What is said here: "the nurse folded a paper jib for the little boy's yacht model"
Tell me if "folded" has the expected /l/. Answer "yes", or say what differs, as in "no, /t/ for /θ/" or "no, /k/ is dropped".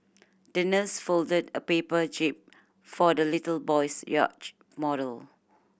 yes